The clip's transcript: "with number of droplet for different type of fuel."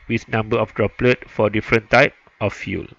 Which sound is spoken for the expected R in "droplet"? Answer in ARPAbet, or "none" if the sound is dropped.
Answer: R